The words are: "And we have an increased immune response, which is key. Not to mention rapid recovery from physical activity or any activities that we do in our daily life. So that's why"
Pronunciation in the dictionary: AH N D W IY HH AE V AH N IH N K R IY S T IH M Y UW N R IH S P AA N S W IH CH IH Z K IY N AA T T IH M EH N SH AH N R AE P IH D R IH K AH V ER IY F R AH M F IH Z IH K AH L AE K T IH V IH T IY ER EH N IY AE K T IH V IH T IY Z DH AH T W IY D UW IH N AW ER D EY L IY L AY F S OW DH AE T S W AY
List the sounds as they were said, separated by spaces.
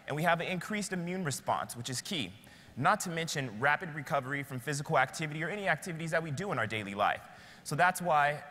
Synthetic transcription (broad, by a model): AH N W IY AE V AH N IH N K R IY S T IH M Y UW N R IH S P AA N S W IH CH IH Z K IY N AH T T IH M EH N SH AH N R AE P IH D R IH K AH V ER IY F R AH M F IH Z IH K L AE K T IH V IH T IY ER EH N IY AE K T IH V IH T IY Z DH AH T W IY D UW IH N AW ER D EY L IY L AY F S OW DH AE T S W AY